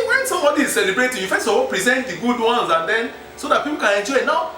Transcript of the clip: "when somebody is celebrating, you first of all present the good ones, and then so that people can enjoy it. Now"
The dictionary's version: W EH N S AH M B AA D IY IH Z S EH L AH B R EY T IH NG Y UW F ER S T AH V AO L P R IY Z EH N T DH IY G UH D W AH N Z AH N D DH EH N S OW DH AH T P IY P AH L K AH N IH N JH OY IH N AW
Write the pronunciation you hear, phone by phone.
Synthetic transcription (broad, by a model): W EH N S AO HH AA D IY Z S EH L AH B R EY T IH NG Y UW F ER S AH W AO P R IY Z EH N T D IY G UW D W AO N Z AH N D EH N S OW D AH T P IY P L K AH N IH N JH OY IH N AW